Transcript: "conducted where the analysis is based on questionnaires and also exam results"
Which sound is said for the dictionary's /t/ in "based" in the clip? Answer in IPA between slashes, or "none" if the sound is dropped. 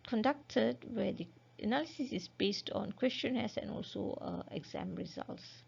/t/